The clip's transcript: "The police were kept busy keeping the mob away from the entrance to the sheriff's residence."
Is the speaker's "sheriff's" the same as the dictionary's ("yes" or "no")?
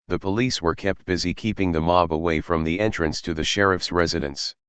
yes